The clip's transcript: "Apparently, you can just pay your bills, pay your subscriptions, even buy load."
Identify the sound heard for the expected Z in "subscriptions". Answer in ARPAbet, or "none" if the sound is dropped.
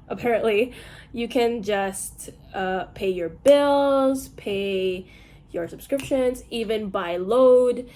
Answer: Z